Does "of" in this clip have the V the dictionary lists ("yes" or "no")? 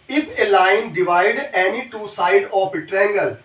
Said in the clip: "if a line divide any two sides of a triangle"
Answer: no